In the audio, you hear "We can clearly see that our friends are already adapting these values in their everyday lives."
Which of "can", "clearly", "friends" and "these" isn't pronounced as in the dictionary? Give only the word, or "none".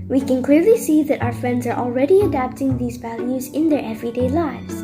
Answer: none